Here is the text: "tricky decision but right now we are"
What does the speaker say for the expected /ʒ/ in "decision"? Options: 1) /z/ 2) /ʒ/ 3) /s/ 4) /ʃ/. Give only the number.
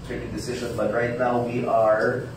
2